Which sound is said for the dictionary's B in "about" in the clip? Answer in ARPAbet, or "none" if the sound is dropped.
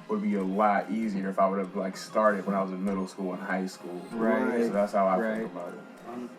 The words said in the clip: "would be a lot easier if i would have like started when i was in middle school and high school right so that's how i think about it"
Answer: none